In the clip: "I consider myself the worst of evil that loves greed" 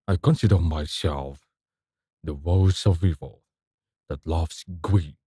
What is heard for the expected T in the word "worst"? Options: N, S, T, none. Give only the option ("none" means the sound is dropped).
none